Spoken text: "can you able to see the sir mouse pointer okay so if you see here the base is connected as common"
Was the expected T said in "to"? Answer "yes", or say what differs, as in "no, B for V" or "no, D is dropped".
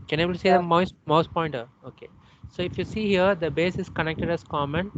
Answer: no, S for T